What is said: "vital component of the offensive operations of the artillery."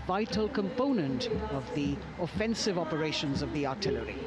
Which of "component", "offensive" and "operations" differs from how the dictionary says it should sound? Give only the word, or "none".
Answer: none